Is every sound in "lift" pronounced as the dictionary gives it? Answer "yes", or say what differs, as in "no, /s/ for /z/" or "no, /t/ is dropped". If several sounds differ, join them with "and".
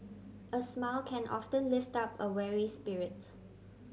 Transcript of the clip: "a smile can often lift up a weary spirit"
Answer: yes